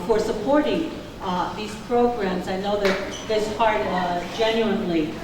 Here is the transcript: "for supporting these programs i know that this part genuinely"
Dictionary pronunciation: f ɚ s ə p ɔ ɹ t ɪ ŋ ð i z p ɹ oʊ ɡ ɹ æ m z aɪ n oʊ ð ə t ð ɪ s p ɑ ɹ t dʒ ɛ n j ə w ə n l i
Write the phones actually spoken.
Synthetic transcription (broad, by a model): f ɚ s ə p ɔ ɹ t ɪ ŋ ð i z p ɹ oʊ ɡ ɹ æ m z aɪ n oʊ ð ə t ð ɪ s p ɑ ɹ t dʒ ɛ n j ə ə n l i